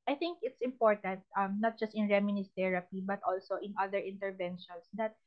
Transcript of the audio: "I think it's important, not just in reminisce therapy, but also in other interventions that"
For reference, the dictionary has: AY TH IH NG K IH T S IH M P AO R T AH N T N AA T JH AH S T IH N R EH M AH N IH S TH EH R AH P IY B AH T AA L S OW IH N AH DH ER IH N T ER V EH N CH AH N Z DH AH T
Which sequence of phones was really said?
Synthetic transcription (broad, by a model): AY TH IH NG K IH T S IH M P AO R T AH N T N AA T JH AH S T IH N R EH M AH N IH S T EH R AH P IY B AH T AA L S OW IH N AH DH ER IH N T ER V EH N SH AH N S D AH T